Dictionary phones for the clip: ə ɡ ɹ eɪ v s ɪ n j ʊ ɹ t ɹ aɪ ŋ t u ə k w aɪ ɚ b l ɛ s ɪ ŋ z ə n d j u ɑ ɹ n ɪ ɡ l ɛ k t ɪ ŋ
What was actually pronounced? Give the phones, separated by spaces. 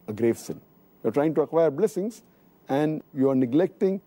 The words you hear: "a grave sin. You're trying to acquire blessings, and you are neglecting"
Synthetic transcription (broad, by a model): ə ɡ ɹ eɪ v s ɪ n j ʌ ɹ t ɹ aɪ ŋ t u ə k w aɪ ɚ b l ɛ s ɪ ŋ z ə n d j u ɑ ɹ n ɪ ɡ l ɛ k t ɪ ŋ